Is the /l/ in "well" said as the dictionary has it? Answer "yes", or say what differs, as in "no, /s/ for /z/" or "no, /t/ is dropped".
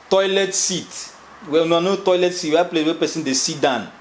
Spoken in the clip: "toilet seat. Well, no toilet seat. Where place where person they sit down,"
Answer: no, /n/ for /l/